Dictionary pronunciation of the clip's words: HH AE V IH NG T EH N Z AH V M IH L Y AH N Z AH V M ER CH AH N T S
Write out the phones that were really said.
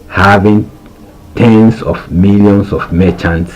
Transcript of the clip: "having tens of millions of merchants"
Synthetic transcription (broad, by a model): HH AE V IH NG T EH N S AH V M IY L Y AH N S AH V M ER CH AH N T S